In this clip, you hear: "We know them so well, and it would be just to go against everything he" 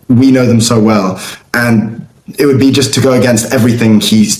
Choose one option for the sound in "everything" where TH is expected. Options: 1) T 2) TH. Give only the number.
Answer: 2